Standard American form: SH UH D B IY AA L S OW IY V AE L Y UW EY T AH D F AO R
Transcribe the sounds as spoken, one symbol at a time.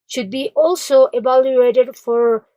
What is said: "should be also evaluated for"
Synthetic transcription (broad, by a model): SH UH D B IY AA L S OW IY B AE L Y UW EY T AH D F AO R